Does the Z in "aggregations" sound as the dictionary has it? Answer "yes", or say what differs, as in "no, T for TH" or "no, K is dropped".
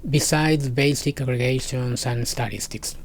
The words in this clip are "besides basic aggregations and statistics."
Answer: no, S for Z